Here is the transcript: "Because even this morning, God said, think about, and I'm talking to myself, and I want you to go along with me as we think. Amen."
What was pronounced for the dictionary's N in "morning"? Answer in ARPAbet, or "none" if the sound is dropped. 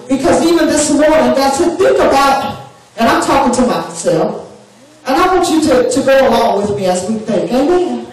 N